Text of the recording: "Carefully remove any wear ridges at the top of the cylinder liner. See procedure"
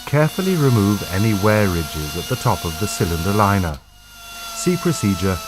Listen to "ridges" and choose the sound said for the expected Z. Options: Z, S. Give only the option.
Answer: Z